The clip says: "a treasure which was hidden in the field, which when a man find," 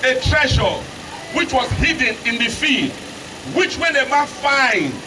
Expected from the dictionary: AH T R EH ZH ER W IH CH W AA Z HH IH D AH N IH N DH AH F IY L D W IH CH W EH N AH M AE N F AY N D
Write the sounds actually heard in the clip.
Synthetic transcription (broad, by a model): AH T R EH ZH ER W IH CH W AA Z HH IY D N IH N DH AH F IY D W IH CH W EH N AH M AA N F AY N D